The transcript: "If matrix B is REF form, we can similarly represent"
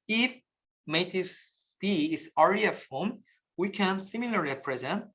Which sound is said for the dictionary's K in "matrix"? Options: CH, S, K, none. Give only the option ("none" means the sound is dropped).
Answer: none